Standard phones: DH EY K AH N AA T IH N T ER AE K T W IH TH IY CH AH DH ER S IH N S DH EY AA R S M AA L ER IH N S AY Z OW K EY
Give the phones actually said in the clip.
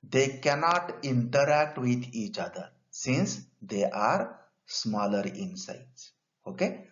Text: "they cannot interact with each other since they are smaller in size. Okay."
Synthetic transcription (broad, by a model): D EY K AH N AA T IH N T ER AE K T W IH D IY CH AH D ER S IH N S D EY AA R S M AA L ER IH N S AY S OW K EY